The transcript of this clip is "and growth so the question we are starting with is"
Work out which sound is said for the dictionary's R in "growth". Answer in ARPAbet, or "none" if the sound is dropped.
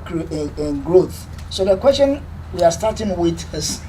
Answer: R